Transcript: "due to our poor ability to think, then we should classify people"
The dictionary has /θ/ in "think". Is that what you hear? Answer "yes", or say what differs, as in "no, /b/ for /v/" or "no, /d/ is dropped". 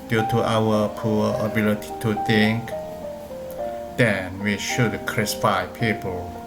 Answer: no, /t/ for /θ/